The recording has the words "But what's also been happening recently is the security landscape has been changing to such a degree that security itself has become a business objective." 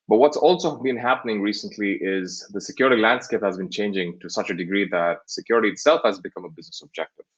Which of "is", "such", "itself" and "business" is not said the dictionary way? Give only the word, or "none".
none